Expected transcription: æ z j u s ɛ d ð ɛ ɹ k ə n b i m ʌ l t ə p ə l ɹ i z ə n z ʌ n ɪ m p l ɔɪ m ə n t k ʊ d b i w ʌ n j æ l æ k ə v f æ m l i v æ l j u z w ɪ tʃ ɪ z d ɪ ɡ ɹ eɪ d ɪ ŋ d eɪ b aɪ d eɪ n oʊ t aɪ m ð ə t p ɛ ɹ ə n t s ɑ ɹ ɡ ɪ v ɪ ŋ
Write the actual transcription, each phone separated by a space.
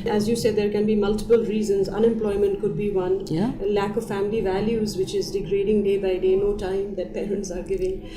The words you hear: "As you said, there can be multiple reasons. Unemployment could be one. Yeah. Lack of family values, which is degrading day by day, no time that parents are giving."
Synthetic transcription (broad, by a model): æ z j u s ɛ d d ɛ ɹ k ə n b i m ʌ l t ə p ə l ɹ i z ə n z ʌ n ɪ m p l ɔɪ m ə n t k ʊ d b i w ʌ n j l æ k ə v f æ m l i v æ l j u z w ɪ tʃ ɪ z d ɪ ɡ ɹ eɪ d ɪ ŋ d eɪ b aɪ d eɪ n oʊ t aɪ m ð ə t p ɛ ɹ ə n t s ɑ ɹ ɡ ɪ v ɪ ŋ